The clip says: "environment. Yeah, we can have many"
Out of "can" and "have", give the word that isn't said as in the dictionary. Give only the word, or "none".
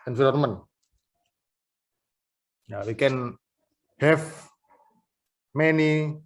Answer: have